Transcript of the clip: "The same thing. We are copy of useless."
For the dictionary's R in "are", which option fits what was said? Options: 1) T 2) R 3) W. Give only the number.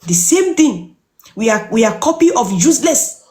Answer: 3